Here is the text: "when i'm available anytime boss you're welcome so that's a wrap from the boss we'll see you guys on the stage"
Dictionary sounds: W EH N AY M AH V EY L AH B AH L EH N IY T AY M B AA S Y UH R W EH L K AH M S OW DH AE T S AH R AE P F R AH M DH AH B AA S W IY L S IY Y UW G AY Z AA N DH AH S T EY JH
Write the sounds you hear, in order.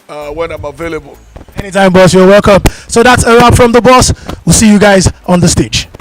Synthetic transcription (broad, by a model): W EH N AY M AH V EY L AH B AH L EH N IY T AY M B AA S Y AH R W EH L K AH M S OW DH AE T S AH R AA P F R AH M DH AH B AA S W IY L S IY Y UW G AY Z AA N DH AH S T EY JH